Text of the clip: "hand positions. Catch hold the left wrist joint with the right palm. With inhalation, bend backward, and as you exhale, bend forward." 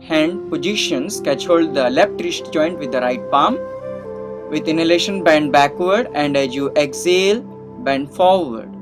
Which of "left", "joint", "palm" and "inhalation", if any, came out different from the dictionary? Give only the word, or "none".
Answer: left